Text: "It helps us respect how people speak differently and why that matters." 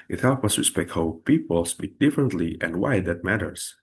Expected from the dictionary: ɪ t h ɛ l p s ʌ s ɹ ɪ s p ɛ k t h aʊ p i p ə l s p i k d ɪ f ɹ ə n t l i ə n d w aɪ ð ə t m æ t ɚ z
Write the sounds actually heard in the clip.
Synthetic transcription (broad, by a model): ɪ t h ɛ l p ʌ s ɹ ɪ s p ɛ k t h aʊ p i p ə l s b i d ɪ f ɹ ə n t l i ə n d w aɪ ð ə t m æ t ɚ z